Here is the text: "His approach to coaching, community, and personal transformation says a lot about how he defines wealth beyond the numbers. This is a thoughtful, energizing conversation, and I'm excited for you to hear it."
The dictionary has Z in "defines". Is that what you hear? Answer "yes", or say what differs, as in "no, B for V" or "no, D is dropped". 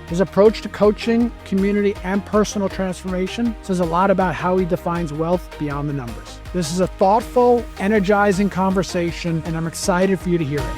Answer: yes